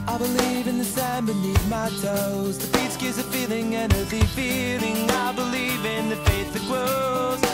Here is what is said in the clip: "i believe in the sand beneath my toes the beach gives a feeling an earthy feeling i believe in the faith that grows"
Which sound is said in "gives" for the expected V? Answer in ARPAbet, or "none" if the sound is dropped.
none